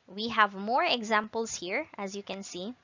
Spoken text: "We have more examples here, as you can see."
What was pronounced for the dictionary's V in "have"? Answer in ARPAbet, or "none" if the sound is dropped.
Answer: V